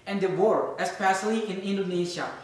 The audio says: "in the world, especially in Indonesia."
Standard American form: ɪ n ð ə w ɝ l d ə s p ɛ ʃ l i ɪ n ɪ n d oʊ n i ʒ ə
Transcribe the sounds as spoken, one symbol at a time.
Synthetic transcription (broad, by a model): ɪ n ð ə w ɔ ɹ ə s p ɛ s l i ɪ n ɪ n d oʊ n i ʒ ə